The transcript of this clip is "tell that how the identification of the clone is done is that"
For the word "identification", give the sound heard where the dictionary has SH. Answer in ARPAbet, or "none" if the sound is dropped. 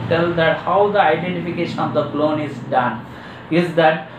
SH